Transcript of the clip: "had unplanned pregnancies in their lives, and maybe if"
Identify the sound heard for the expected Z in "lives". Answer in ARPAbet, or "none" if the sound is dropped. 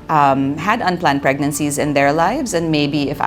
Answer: Z